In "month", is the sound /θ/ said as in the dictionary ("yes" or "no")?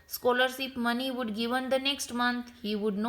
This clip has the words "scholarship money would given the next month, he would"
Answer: no